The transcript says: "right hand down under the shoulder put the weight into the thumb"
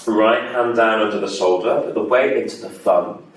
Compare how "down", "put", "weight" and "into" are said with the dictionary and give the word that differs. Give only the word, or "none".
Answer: put